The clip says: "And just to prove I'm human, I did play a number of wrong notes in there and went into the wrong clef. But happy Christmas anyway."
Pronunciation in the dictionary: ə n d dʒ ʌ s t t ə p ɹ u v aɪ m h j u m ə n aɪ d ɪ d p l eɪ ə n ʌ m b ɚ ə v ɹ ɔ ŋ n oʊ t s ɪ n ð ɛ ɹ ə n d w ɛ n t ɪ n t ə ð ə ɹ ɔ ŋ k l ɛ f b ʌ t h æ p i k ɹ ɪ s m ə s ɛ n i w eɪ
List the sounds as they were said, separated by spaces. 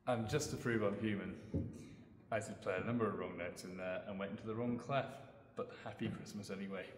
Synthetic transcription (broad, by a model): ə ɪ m dʒ ʌ s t t ə p ɹ u v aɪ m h j u m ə n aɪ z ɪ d p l eɪ ə n ʌ m b ɚ ə v ɹ ɔ ŋ n oʊ t s ɪ n ð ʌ ɹ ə n w ɛ n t ɪ n t ə ð ə ɹ ɔ ŋ k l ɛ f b ʌ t h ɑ p i k ɹ ɪ s m ə s ɛ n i w eɪ